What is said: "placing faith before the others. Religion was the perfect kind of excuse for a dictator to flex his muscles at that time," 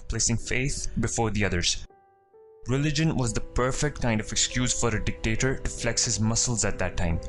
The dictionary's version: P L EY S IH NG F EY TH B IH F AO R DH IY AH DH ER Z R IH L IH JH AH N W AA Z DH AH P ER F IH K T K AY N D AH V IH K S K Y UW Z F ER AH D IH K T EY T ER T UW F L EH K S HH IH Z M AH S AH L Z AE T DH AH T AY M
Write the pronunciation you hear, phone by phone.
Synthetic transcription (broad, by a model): P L EY S IH NG F EY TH B IH F AO R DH IY AH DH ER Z R IH L IH JH AH N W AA Z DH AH P ER F IH K T K AY N D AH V IH K S K Y UW Z F ER AH D IH K T EY T ER T UW F L EH K S HH IH Z M AH S AH L Z AE T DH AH T AY M